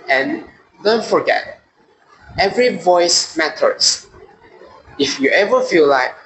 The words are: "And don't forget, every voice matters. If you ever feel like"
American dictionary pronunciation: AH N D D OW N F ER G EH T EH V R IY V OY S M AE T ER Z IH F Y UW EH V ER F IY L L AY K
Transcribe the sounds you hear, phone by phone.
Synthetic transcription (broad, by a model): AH N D D OW N F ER G EH T EH V R IY V OY S M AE T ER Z IH F Y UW EH V ER F IY L L AY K